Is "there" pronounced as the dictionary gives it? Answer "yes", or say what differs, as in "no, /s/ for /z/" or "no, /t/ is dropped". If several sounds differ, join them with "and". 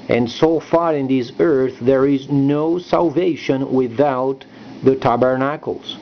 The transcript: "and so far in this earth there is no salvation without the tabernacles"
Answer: yes